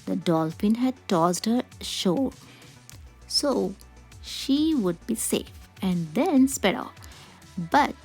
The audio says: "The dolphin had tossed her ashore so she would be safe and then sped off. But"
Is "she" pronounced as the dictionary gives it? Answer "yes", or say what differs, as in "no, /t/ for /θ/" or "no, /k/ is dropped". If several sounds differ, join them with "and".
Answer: yes